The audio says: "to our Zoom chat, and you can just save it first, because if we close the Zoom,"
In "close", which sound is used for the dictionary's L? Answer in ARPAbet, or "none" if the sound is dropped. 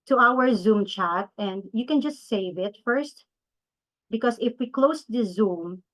L